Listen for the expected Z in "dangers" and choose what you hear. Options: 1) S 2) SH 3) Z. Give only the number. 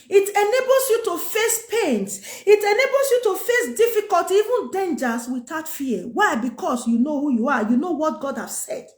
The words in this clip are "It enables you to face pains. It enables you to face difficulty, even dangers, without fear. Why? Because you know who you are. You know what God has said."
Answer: 1